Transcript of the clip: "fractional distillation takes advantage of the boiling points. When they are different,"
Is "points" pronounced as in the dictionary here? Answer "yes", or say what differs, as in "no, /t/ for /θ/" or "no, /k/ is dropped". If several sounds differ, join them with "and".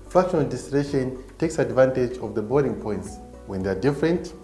yes